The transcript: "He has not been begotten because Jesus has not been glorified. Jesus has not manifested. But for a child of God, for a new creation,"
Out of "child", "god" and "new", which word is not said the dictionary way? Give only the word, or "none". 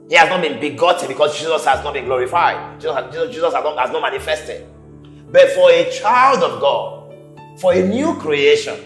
none